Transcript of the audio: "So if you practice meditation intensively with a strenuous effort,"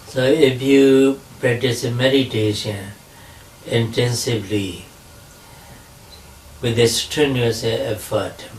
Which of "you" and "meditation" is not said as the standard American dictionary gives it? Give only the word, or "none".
none